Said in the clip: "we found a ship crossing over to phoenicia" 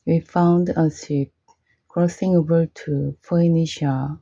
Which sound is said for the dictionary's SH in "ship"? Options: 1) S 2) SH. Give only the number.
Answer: 1